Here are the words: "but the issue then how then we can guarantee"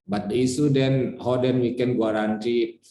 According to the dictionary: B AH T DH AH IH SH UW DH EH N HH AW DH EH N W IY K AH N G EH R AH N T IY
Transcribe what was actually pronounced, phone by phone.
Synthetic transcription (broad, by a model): B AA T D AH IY S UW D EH N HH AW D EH N W IY K AH N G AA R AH N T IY